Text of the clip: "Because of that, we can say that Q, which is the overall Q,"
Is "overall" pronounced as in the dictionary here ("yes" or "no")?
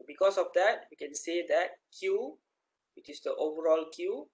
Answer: yes